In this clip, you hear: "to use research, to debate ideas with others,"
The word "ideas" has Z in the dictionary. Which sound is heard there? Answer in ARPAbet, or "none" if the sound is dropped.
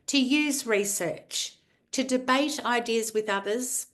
Z